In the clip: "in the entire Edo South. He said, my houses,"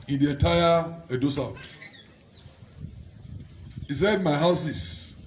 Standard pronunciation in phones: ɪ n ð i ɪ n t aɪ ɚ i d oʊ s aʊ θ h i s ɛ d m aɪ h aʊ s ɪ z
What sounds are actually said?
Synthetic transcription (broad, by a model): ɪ n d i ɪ n t aɪ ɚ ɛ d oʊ s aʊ t h i s ɛ d m aɪ h aʊ s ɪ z